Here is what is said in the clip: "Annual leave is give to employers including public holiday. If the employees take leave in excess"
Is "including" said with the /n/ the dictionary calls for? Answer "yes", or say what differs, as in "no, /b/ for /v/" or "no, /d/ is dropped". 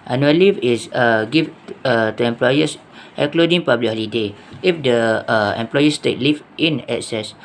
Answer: no, /n/ is dropped